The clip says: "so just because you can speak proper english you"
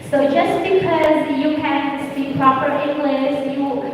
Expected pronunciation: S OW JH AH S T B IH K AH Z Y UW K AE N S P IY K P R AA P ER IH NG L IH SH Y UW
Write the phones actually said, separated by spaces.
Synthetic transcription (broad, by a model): S OW JH AH S T B IH K AH Z Y UW K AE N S IY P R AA P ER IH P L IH S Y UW